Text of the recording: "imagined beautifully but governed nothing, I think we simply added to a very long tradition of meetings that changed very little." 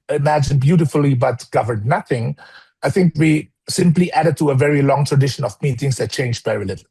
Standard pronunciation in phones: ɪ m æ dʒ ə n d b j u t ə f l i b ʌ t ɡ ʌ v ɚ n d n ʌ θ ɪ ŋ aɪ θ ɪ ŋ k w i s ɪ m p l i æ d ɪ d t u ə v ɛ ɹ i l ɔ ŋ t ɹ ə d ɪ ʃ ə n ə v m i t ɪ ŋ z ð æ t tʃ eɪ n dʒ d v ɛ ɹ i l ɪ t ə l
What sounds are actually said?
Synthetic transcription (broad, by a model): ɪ m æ dʒ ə n b j u t ə f l i b ʌ t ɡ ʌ v ɚ d n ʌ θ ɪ ŋ aɪ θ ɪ ŋ k w i s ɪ m p l i æ d ɪ d t u ə v ɛ ɹ i l ɔ ŋ t ɹ ə d ɪ ʃ ə n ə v m i t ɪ ŋ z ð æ t tʃ eɪ n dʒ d v ɛ ɹ i l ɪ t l